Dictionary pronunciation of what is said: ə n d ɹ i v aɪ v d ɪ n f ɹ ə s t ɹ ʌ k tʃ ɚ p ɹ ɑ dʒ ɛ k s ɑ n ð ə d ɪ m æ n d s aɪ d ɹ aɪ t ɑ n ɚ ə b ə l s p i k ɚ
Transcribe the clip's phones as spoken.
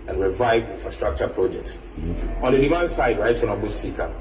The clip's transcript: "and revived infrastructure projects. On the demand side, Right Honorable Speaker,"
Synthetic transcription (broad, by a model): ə n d ɹ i v aɪ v ɪ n f ɹ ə s t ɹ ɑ k tʃ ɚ p ɹ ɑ dʒ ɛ k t ɑ n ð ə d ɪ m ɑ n s aɪ d ɹ aɪ t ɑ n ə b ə s p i k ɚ